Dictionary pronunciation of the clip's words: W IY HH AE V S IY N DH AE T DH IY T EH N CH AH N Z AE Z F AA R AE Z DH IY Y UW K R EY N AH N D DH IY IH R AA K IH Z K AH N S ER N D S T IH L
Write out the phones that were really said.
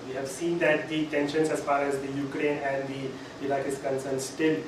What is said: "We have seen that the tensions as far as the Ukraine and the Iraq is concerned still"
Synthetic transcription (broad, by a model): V IY HH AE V S IY N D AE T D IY T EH N SH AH N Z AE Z F AA R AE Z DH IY Y UW K R EY N AH N D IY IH L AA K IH S K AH N S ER N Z S T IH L